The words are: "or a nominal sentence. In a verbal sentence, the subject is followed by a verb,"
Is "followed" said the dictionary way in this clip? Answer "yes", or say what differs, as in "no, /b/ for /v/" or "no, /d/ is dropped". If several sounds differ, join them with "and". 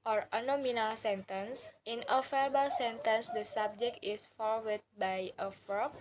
no, /w/ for /l/